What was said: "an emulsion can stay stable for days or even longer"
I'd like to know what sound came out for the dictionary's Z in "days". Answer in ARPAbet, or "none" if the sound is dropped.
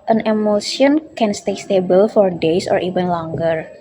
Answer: S